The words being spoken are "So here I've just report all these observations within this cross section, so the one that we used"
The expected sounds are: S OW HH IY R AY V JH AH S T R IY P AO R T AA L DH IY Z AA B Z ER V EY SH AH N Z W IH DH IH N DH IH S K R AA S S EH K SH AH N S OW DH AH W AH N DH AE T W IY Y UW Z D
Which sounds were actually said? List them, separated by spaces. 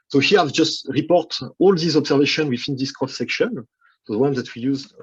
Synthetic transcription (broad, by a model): S OW HH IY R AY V JH AH S T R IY P AO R T AA L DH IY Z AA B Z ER V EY SH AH N W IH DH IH N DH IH S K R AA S S EH K SH AH N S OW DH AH W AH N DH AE T W IY Y UW Z